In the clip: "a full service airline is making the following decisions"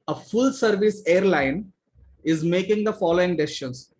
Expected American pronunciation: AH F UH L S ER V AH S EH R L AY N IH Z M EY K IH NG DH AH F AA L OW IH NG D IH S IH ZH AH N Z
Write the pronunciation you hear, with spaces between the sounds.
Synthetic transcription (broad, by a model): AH F UH L S ER V AH S EH R L AY N IH Z M EY K IH NG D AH F AA L OW IH NG D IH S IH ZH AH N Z